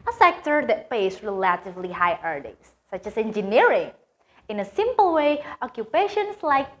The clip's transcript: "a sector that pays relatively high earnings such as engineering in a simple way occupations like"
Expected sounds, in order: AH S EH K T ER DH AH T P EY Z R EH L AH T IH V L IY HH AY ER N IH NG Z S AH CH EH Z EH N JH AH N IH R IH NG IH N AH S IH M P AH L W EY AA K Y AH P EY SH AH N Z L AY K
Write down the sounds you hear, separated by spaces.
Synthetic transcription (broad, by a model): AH S EH K T ER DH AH T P EY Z R EH L AH T IH V L IY HH AY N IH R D S AH CH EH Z EH N JH AH N IH R IH NG IH N AH S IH M P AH L W EY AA K Y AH P EY SH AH N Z L AY K